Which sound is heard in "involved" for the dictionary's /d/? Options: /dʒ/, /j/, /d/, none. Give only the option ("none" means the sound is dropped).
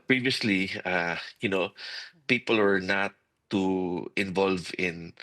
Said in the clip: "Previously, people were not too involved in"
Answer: none